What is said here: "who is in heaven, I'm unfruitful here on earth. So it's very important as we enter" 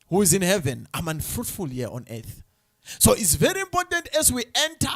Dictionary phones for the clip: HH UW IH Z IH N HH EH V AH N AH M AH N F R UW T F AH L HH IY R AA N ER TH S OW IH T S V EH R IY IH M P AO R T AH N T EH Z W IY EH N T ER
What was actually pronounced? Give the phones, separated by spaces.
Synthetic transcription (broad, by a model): HH UW IH Z IH N HH EH V AH N AH M AH N F R UW T F AH L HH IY AA N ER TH S OW IH T S V EH R IY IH M P AO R T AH N T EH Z W IY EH N T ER